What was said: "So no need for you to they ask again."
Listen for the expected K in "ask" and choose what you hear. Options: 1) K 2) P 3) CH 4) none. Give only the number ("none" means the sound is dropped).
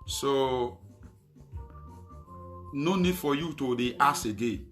4